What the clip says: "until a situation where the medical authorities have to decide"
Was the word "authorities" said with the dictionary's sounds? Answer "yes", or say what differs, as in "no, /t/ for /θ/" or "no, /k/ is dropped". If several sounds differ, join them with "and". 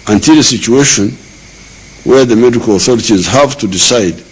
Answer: yes